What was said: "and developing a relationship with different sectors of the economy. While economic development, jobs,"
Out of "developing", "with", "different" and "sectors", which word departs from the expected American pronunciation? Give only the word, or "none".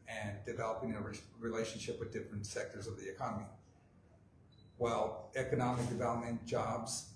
none